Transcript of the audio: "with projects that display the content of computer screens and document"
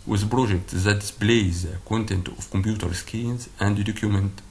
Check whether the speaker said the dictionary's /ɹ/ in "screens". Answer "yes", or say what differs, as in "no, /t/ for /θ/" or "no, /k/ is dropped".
no, /ɹ/ is dropped